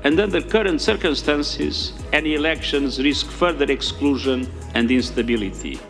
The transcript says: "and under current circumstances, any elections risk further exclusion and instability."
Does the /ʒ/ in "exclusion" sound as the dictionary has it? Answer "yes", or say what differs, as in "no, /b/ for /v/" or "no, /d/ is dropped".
yes